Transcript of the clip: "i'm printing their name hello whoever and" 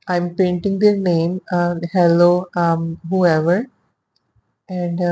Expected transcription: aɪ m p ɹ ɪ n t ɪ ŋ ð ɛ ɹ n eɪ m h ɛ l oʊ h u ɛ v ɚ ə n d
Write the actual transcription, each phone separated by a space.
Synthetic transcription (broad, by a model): aɪ m p ɛ n t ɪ ŋ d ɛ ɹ n eɪ m h ɛ l oʊ h u ɛ v ɚ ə n d